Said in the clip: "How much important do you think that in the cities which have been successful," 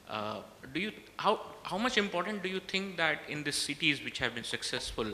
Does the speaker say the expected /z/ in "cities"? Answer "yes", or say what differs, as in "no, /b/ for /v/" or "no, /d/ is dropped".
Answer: yes